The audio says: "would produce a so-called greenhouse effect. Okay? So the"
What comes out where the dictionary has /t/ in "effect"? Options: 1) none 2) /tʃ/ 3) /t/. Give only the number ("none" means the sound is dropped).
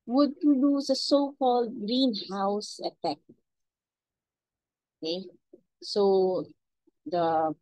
1